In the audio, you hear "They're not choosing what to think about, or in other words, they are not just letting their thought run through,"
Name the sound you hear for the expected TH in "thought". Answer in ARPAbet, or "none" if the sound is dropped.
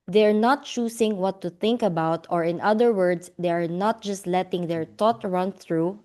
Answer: T